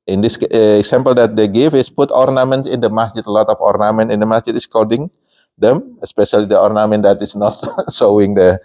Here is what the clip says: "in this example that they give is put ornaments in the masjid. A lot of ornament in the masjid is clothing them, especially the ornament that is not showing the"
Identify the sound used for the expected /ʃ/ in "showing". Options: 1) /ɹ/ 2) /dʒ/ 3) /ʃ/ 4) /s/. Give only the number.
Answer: 4